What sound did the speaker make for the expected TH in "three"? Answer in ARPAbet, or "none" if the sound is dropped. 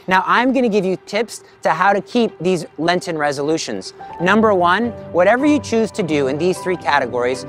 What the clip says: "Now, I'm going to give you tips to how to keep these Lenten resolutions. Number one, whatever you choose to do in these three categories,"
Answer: TH